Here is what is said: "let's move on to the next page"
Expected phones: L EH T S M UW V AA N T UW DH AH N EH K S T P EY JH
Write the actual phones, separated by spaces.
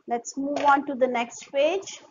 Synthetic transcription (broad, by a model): L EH T S M UW V AA N T UW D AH N EH K S T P EY JH